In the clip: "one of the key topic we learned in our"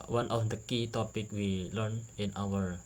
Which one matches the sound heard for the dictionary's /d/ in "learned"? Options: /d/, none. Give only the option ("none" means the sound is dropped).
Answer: none